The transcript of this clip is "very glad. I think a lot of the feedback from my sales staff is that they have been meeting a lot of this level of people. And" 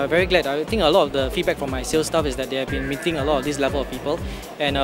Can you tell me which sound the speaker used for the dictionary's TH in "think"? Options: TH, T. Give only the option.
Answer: T